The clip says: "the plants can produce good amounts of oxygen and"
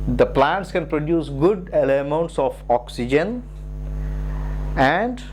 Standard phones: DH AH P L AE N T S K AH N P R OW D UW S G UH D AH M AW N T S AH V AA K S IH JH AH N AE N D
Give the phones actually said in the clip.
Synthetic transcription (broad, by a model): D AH P L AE N T S K AH N P R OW D UW S G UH D AH M AW N T S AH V AA K S IH JH AH N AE N D